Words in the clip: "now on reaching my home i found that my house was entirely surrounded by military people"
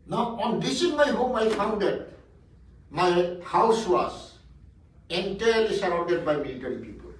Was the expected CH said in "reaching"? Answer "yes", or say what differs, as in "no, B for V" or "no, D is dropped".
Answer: no, S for CH